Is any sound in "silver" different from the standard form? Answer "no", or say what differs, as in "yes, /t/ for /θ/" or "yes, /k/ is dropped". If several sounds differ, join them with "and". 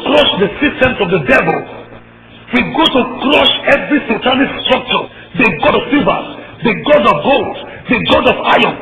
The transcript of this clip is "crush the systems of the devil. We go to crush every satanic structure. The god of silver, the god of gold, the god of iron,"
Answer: yes, /l/ is dropped